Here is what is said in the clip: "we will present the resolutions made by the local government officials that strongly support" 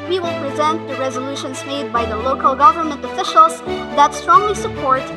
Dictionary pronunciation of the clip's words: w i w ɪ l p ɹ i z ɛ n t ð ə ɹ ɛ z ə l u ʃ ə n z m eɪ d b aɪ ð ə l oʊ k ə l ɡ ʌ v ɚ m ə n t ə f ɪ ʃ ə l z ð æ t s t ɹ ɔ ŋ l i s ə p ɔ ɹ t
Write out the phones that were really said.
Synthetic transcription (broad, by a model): w i w ɪ l p ɹ i z ɛ n t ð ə ɹ ɛ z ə l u ʃ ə n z m eɪ d b aɪ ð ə l oʊ k ə l ɡ ʌ v ɚ m ə n t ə f ɪ ʃ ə l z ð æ t s t ɹ ɔ ŋ l i s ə p ɔ ɹ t